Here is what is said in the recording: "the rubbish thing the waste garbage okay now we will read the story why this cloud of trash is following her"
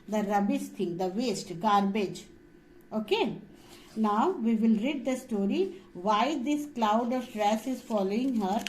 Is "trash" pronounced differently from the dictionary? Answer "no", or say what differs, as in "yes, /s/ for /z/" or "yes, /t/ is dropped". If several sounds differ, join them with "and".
yes, /s/ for /ʃ/